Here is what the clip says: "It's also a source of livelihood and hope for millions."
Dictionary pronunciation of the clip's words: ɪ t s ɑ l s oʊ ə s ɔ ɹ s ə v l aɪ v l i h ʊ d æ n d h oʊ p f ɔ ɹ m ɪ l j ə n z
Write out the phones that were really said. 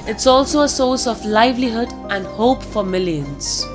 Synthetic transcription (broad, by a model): ɪ t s ɑ l s oʊ ə s ɔ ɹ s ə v l aɪ v l i h ʊ d æ n d h oʊ p f ɔ ɹ m ɪ l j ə n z